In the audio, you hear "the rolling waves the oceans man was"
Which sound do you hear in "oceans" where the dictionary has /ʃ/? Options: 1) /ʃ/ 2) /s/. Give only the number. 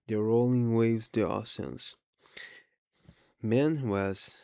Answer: 2